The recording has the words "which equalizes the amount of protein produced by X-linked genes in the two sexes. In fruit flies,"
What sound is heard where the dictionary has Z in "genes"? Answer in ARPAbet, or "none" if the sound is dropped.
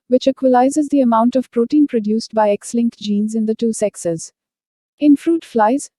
Z